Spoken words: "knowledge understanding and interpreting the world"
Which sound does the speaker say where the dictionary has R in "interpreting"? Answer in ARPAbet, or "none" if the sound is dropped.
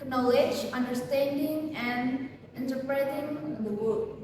R